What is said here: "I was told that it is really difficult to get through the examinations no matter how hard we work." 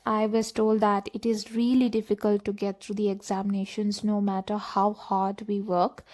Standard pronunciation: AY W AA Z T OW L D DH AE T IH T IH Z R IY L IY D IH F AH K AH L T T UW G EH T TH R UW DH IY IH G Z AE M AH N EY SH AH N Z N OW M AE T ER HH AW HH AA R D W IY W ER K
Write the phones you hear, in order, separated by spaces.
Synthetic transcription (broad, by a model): AY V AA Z T OW L D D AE T IH T IH Z R IY L IY D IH F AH K AH L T T UW G EH T T R UW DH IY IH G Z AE M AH N EY SH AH N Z N OW M AE T ER HH AW HH AA R D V IY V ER K